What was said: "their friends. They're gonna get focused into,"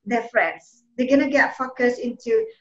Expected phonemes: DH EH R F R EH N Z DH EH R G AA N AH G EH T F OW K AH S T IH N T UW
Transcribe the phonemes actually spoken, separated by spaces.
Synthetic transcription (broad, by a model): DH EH F R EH N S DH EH G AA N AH G EH T F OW K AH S IH N T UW